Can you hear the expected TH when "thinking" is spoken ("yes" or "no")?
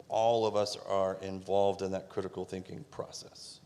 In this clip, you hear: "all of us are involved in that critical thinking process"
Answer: yes